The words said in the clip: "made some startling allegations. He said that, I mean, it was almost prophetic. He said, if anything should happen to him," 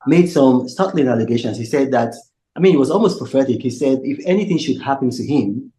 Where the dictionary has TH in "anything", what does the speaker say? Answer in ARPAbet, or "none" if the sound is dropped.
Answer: TH